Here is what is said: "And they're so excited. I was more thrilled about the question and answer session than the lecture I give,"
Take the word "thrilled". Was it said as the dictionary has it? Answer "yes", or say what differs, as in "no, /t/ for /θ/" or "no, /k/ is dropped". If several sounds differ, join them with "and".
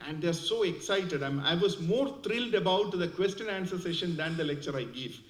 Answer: no, /t/ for /θ/